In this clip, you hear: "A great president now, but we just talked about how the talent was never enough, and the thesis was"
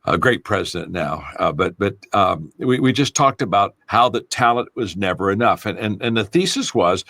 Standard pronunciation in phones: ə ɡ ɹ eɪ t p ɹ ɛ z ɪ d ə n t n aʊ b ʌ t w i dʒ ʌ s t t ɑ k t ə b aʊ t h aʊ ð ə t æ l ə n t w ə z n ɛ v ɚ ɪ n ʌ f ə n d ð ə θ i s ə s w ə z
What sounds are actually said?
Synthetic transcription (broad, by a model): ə ɡ ɹ eɪ t p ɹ ɛ z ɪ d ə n n aʊ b ʌ t w i dʒ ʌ s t t ɑ k t ə b aʊ t h aʊ ð ə t æ l ə n t w ə z n ɛ v ɚ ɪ n ʌ f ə n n ð ə θ i s ə s w ə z